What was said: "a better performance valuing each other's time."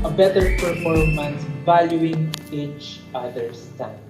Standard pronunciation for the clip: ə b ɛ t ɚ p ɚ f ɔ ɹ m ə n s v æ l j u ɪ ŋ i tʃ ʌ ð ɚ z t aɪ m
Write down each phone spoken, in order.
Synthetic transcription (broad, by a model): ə b ɛ t ɚ p ɚ f ɔ ɹ m ə n s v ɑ l j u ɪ ŋ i tʃ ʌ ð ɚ s t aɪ